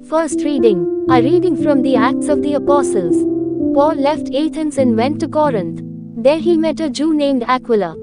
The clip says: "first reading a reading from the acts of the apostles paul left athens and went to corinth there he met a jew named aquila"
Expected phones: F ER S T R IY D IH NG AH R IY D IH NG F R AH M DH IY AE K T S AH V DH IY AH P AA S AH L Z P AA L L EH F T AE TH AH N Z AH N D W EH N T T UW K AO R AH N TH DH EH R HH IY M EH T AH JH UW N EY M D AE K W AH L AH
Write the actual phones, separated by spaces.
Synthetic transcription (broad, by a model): F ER S T R IY D IH NG AH R IY D IH NG F R AH M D IY AE K T S AH V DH IY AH P AA S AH L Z P AA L L EH F T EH T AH N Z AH N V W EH N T T UW K AO R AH N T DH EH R HH IY M EH T AH JH UW N EY M D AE K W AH L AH